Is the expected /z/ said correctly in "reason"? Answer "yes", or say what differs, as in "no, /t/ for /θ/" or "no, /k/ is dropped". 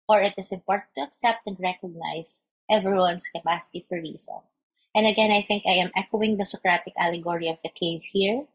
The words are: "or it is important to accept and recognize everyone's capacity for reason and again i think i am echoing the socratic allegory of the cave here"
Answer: no, /s/ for /z/